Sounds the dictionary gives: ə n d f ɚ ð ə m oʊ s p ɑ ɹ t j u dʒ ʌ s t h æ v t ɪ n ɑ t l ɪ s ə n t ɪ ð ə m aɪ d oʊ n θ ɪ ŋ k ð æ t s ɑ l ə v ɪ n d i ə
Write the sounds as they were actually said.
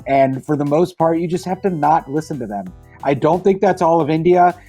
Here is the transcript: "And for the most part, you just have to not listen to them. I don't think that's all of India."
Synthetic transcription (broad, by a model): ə n f ɚ ð ə m oʊ s p ɑ ɹ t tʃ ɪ dʒ ʌ s t h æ f t ɪ n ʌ t l ɪ s ə n t ɪ ð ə m aɪ d oʊ n θ ɪ ŋ k ð æ t s ɑ l ə v ɪ n d i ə